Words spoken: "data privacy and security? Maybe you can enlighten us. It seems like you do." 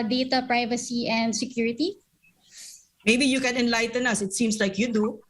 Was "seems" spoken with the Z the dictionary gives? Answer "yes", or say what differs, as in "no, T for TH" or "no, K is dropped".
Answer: no, S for Z